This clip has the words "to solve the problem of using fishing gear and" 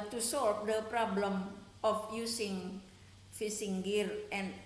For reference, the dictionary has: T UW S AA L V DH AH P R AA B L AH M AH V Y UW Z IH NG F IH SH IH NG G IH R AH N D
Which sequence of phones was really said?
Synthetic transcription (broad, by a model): T UW S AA L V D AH P R AA B L AH M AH F Y UW S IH NG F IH S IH NG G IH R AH N